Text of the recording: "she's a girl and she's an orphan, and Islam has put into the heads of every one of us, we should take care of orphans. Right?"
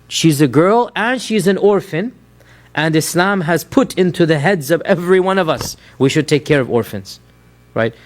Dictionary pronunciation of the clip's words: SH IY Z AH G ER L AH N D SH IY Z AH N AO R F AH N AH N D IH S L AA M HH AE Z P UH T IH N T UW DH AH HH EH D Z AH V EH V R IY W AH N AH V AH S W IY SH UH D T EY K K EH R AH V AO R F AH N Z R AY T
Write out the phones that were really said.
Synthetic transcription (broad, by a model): SH IY Z AH G ER L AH N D SH IY Z AH N AO R F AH N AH N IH S L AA M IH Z P UH T IH N T UW DH AH HH EH D Z AH V EH V R IY W AH N AH V AH S W IY SH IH D T EY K K EH R AH V AO R F AH N Z R AY T